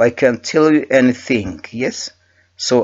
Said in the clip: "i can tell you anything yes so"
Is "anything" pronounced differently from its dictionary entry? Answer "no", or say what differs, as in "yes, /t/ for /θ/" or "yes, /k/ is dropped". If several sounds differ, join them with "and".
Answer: no